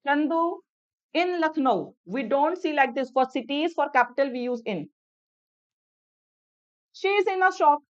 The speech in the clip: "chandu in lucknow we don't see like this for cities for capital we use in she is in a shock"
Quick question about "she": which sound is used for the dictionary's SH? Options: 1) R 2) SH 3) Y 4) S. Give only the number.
2